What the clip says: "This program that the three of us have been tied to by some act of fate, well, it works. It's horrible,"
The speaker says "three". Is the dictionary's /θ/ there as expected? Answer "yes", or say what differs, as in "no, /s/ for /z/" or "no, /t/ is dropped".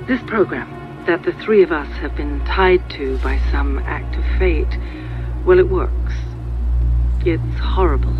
yes